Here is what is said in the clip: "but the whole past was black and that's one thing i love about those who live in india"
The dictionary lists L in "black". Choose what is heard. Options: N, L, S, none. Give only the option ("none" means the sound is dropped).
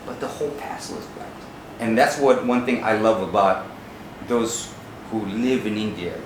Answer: none